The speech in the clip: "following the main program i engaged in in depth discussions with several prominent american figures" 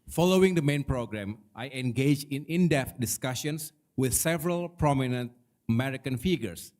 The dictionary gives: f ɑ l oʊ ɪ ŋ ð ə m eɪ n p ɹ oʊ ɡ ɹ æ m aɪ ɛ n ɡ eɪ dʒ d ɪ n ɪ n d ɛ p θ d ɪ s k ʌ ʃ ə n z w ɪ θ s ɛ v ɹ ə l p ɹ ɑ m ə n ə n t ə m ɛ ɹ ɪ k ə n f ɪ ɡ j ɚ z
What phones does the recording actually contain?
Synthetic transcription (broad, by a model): f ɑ l oʊ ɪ ŋ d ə m eɪ n p ɹ oʊ ɡ ɹ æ m aɪ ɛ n ɡ eɪ dʒ ɪ n ɪ n d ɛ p t d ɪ s k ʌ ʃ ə n s w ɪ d s ɛ v ɹ ə l p ɹ ɑ m ə n ə n t ə m ɛ ɹ ɪ k ə n f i ɡ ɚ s